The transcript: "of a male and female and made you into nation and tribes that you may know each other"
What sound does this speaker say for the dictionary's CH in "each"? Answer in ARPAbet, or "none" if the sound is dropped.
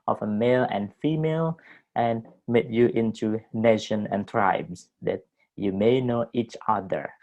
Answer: CH